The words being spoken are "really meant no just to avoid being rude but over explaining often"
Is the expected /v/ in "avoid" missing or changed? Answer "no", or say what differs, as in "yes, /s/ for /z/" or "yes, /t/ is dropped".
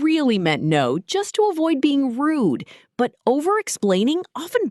no